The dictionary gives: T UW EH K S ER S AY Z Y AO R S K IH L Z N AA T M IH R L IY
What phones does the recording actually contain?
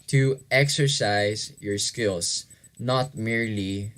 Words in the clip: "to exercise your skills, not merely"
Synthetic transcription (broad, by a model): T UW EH K S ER S AY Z Y AO R S K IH L S N AA T M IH R L IY